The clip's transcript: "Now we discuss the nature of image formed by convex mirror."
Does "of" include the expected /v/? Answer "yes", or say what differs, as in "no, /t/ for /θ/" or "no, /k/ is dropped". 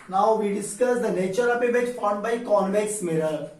no, /p/ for /v/